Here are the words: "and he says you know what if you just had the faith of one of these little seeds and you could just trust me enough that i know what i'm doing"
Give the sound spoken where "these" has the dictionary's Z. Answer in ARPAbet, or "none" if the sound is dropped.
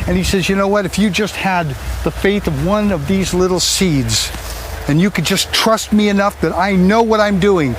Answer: Z